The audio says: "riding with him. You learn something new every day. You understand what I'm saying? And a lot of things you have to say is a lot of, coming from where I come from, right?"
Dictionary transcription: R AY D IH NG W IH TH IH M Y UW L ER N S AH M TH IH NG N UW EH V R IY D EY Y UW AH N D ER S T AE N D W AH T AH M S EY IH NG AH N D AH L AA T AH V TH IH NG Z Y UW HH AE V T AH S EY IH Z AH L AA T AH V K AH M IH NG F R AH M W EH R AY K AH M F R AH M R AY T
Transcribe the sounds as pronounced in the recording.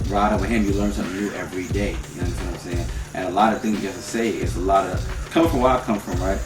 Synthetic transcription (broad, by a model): R AY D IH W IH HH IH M Y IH L ER N S AH M TH IH NG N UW EH V R IY D EY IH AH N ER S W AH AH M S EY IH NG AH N AH L AA T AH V TH IH NG Z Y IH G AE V T AH S EY IH S AH L AA T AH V K AH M F R AH M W AY K AH M F R AH M R AY T